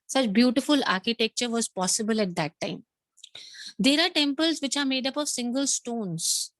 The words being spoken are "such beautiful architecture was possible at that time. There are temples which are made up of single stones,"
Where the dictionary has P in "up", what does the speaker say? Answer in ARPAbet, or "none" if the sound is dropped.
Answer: P